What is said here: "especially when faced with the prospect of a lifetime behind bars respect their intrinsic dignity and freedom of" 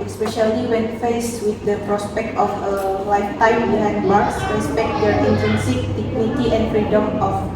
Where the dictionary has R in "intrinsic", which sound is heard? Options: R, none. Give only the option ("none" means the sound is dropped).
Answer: none